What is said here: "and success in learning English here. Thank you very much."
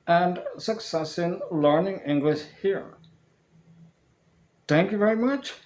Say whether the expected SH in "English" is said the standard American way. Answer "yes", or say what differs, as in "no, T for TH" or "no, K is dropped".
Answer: yes